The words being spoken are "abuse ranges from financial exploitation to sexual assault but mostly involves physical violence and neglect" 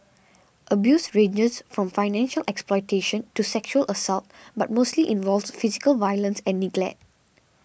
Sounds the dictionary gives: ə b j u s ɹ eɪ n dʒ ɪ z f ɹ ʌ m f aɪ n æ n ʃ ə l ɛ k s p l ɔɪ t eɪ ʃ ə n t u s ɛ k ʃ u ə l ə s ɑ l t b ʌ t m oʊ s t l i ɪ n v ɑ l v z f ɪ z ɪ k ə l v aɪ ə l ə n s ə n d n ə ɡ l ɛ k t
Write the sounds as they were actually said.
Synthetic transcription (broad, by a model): ə b j u s ɹ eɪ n dʒ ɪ s f ɹ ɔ m f aɪ n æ n ʃ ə l ɛ k s p l ɔɪ t eɪ ʃ ə n t u s ɛ k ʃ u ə l ə s ɑ l t b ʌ t m oʊ s t l i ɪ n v ɑ l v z f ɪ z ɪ k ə l v aɪ ə l ə n s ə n n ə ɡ l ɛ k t